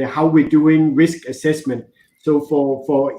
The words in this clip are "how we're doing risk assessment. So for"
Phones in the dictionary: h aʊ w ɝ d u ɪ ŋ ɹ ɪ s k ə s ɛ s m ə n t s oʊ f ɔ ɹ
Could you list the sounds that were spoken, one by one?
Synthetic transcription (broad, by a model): h aʊ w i d u ɪ ŋ ɹ ɪ s k ə s ɛ s m ə n t s oʊ f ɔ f